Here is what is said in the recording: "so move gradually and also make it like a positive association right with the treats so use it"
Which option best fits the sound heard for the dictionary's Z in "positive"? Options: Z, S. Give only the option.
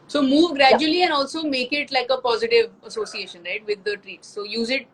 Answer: Z